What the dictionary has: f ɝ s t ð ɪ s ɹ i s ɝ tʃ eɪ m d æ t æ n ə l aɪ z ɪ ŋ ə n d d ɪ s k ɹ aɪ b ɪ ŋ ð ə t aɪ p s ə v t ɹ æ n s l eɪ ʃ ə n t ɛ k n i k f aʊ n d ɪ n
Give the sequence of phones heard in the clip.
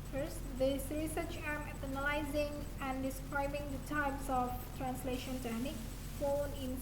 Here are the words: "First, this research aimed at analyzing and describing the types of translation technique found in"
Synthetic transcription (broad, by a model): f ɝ s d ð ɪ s ɹ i s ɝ tʃ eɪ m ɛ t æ n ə l aɪ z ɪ ŋ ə n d d ɪ s k ɹ aɪ b ɪ ŋ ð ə t aɪ p s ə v t ɹ æ n s l eɪ ʃ ə n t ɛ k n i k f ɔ n ɪ n